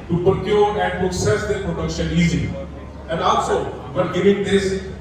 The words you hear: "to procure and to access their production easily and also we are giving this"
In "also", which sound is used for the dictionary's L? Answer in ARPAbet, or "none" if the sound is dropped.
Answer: none